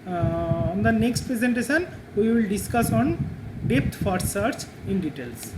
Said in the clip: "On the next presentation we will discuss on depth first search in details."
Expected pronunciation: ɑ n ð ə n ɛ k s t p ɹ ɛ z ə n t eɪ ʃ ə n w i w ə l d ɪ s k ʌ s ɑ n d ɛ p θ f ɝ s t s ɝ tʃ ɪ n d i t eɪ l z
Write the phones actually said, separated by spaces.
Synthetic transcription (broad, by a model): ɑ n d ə n ɛ k s t p ɹ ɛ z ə n t eɪ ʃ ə n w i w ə l d ɪ s k ʌ s ɑ n d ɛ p t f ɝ t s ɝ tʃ ɪ n d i t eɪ l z